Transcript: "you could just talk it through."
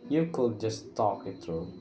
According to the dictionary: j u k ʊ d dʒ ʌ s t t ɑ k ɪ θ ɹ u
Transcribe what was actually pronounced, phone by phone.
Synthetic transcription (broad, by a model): j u k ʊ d dʒ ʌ s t t ɑ k ɪ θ ɹ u